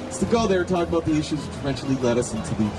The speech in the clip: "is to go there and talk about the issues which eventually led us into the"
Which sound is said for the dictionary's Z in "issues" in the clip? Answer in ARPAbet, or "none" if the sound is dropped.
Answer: Z